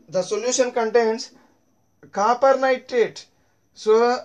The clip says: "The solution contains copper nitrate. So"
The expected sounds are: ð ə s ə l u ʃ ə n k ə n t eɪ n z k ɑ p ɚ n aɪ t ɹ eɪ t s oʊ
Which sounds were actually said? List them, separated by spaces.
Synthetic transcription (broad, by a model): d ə s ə l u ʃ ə n k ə n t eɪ n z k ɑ p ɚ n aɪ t eɪ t s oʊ